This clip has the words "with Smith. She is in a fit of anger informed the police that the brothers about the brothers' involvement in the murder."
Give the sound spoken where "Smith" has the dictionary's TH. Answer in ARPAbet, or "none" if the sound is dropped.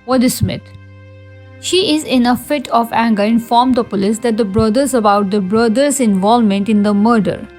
T